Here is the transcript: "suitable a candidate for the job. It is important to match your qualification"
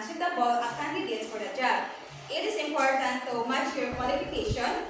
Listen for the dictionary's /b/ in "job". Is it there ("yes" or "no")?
no